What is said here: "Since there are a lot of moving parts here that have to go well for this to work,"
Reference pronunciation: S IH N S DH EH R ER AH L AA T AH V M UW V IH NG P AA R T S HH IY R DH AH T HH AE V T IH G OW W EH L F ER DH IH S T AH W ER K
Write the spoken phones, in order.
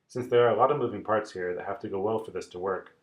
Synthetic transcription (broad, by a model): S IH N S DH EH R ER AH L AA T AH V M UW V IH NG P AA R T S HH IY R DH AH T HH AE F T IH G OW W EH L F ER DH IH S T AH W ER K